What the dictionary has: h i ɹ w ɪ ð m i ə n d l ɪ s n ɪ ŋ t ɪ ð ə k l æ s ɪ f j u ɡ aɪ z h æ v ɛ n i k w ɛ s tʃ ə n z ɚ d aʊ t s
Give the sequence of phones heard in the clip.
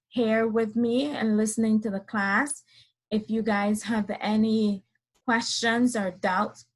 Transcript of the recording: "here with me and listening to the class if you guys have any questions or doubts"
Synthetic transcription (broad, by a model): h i ɹ w ɪ ð m i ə n l ɪ s n ɪ ŋ t ɪ ð ə k l æ s ɪ f j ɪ ɡ aɪ z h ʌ v ɛ n i k w ɛ s tʃ ə n z ɚ d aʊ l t